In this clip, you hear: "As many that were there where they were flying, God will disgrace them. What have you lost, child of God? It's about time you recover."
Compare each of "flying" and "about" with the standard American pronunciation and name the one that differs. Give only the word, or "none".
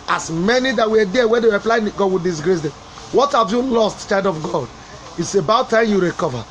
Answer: flying